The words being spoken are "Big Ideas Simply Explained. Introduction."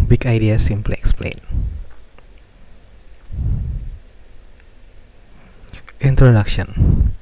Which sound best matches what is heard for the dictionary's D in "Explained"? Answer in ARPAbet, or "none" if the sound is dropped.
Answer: none